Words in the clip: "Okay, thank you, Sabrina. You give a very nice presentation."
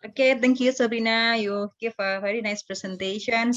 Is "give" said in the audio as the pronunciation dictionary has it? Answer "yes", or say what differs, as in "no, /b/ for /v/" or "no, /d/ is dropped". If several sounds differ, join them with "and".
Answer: no, /f/ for /v/